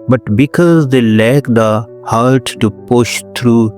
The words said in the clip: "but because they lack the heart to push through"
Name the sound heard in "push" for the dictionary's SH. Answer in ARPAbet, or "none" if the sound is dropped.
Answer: SH